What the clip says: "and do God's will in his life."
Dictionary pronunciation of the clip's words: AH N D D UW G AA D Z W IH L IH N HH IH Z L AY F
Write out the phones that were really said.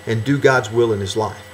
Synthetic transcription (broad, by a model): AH N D D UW G AA D Z W IH L IH N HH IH Z L AY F